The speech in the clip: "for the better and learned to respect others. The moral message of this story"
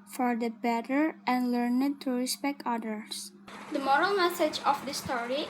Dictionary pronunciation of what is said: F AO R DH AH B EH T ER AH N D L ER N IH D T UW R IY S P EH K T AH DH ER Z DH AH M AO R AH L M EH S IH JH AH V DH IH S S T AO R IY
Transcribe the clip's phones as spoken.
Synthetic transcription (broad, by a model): F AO R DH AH B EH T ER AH N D L ER N IH D T UW R IY S P EH K T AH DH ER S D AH M AO R AH L M EH S IH JH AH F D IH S S T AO R IY